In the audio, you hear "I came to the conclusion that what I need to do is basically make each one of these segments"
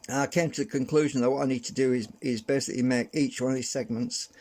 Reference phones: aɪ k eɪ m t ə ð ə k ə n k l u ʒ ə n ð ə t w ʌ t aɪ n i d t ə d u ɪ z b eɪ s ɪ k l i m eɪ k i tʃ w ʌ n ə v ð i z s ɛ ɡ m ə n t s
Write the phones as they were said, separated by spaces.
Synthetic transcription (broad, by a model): aɪ k eɪ m t ə ð ə k ə n k l u ʒ ə n ð ə t w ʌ t aɪ n i d t ə d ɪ ɪ z b eɪ s ɪ k l i m eɪ k i tʃ w ʌ n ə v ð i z s ɛ ɡ m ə n t s